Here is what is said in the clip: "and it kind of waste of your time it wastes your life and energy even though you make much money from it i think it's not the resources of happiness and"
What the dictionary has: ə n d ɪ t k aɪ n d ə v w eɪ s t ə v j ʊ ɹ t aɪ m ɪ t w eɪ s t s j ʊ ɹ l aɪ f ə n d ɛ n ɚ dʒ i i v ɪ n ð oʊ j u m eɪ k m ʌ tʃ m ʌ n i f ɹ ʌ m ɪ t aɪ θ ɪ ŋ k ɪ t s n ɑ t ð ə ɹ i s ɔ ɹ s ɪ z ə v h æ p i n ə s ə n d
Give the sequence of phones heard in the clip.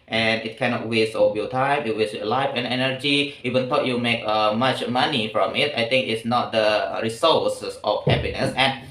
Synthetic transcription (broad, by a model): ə n ɪ t k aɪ n ə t w eɪ s t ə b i t aɪ m ɪ t w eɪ s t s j l aɪ f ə n ɛ n ɚ dʒ i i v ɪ n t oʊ j u m eɪ k m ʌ tʃ m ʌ n i f ɹ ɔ m ɪ t aɪ t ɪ ŋ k ɪ t s n ɑ t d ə ɹ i s ɔ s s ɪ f h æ p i n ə s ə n